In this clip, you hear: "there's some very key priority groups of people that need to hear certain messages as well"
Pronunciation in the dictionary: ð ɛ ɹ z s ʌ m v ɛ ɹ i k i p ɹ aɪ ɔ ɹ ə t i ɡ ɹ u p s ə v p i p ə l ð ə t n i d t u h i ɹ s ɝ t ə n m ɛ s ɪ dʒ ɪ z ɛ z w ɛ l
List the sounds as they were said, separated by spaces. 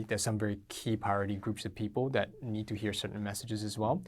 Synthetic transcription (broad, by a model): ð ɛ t s ʌ m v ɛ ɹ i k i p aɪ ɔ ɹ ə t i ɡ ɹ u p s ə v p i p ə l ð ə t n i d t u h i ɹ s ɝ t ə n m ɛ s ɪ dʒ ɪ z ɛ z w ɛ l